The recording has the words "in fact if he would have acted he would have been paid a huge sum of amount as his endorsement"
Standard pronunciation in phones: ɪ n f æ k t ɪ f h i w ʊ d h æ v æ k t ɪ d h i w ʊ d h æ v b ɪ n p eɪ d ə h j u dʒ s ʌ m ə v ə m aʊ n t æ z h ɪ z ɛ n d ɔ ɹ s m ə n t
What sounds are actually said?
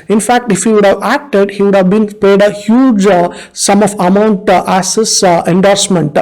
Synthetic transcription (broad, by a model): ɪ n f æ k t ɪ f h i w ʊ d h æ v æ k t ɪ d h i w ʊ d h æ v b ɪ n p eɪ d ə h j u dʒ s ʌ m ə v ə m aʊ n t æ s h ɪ s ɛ n d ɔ ɹ s m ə n t